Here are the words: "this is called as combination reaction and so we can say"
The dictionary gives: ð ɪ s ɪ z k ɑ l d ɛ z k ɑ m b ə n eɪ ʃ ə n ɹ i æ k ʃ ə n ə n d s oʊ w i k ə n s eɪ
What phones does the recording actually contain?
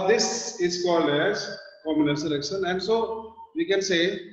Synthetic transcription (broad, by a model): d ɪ s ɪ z k ɑ l d ɛ z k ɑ m ə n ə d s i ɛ k ʃ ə n ə n d s oʊ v i k ə n s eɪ